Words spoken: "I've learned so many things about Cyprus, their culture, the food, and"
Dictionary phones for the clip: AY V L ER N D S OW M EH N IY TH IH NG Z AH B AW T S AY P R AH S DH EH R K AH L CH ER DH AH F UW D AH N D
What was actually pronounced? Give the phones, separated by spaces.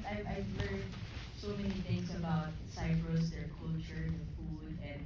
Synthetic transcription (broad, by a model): AY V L ER D S OW M EH N IY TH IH NG S AH B AW T S AY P R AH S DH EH R K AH L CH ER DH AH F UW D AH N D